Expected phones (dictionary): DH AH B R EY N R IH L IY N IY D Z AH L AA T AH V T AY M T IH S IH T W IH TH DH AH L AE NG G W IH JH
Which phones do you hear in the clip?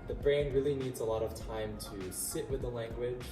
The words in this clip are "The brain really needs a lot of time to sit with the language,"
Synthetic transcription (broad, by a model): DH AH B R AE N R IH L IY N IY D Z AH L AA T AH V T AY M T IH S IH T W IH DH AH L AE NG G W IH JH